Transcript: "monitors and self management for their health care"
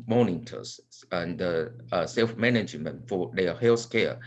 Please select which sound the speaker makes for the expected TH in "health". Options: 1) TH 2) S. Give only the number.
2